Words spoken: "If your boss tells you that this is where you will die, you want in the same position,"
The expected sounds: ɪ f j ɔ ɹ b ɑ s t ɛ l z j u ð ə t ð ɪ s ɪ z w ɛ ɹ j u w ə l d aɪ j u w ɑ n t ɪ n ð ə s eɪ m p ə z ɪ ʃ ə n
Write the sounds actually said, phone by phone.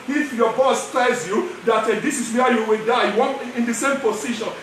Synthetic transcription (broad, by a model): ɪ f j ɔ b ɑ s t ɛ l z j u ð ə t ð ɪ s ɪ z w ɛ j u w ə l d aɪ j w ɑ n ɪ n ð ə s eɪ m p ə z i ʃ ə n